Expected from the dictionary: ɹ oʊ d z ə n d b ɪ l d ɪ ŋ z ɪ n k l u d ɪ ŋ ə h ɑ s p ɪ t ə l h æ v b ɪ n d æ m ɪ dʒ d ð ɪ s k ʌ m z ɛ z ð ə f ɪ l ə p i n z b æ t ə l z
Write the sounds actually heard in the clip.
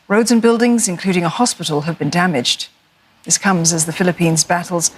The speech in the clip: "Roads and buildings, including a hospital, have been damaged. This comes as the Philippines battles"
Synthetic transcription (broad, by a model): ɹ oʊ d z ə n b ɪ l d ɪ ŋ z ɪ n k l u d ɪ ŋ ə h ɑ s p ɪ t l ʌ v b ɪ n d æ m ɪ dʒ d ð ɪ s k ʌ m z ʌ z ð ə f ɪ l ə p i n z b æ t l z